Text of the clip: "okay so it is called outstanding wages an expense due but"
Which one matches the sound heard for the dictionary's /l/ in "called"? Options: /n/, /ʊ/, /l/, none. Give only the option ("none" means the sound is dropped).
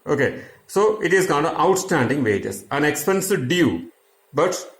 /n/